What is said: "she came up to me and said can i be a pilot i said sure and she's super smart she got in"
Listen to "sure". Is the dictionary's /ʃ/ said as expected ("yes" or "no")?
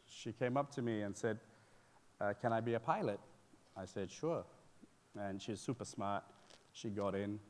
yes